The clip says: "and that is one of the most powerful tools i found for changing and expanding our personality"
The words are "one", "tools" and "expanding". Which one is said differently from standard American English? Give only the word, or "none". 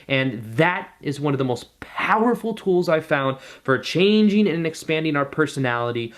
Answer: none